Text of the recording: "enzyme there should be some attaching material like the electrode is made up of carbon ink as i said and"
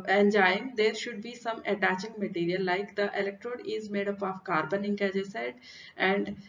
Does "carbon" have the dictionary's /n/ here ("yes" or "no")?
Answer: yes